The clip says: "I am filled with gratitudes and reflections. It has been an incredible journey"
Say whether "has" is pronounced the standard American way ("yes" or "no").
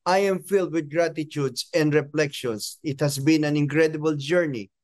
no